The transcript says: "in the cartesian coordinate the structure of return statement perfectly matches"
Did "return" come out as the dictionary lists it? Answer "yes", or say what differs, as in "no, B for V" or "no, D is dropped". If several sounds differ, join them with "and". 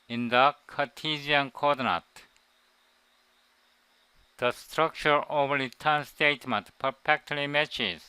no, L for R